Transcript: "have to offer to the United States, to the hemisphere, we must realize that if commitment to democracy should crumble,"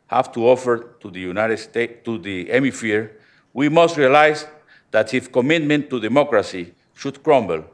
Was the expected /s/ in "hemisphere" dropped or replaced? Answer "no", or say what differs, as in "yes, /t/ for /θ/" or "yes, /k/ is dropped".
yes, /s/ is dropped